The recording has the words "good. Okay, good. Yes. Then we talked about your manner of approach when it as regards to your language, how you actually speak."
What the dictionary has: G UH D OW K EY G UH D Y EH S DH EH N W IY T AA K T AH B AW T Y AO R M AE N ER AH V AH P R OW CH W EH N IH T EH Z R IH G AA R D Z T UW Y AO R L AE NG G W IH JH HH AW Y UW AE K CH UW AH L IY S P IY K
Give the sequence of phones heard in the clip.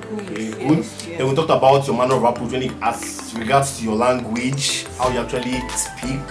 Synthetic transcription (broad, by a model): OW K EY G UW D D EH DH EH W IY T AA K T AH B AW T Y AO M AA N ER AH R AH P OW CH W EH N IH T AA S R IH G AA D S T UW Y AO L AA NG G W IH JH HH AW Y UW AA K CH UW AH L IY S P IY K